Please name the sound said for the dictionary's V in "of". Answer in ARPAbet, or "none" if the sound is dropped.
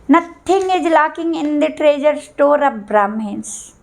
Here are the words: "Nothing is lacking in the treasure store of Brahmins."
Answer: P